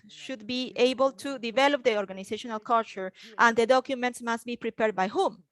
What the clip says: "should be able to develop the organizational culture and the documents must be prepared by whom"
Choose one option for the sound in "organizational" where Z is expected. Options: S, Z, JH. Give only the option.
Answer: S